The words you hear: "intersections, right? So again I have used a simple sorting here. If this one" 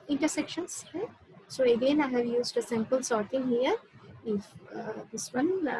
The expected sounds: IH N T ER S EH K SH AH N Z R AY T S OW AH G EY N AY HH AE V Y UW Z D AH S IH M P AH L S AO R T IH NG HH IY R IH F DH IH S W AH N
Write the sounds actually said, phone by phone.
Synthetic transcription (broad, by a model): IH N T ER S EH K SH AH N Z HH S OW AH G EY N AY HH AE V Y UW Z D AH S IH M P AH L S AO R T IH NG HH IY R IH F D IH S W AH N